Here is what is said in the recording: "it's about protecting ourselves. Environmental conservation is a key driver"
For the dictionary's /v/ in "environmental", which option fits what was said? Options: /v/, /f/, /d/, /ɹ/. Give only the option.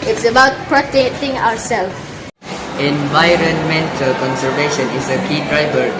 /v/